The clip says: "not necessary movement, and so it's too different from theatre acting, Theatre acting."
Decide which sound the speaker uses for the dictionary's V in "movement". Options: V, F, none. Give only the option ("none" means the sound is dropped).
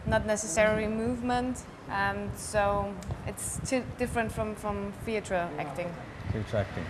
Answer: V